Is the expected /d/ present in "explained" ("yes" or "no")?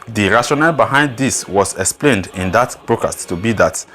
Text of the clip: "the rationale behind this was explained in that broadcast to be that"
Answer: yes